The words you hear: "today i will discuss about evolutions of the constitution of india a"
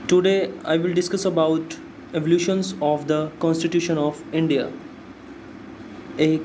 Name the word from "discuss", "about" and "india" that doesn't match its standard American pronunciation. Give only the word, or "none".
none